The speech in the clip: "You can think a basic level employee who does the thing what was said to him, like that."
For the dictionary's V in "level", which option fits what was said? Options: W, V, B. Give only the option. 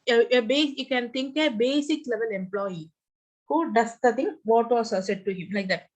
V